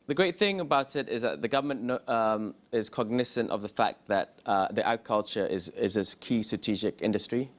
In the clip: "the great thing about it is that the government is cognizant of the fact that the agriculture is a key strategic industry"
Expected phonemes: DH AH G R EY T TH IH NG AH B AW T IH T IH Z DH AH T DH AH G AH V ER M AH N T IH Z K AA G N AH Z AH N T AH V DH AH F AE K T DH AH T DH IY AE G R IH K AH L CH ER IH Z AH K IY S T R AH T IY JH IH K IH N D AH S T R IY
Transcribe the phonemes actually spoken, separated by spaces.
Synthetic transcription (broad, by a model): DH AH G R EY T TH IH NG AH B AW T IH T IH Z DH AH T DH AH G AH V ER M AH N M IH Z K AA G N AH S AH N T AH V DH AH F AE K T DH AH T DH IY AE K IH K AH L CH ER IH Z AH K IY S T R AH T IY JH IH K IH N D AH S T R IY